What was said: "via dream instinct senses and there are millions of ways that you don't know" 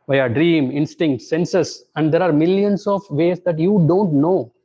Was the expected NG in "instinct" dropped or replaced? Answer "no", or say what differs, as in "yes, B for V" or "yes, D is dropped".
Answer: no